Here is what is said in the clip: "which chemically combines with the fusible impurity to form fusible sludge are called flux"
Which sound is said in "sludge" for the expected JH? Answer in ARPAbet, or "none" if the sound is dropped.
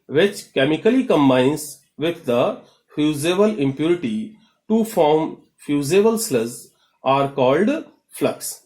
Z